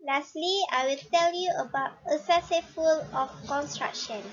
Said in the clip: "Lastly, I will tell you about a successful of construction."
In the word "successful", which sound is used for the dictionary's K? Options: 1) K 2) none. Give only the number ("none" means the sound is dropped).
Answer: 2